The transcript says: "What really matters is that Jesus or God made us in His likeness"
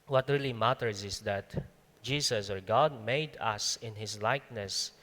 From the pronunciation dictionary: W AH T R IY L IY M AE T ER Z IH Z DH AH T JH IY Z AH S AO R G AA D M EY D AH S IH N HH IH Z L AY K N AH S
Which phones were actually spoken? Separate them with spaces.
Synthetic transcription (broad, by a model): W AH T R IY L IY M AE T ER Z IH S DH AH T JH IY S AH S AO R G AA D M EY D AH S IH N HH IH S L AY K N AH S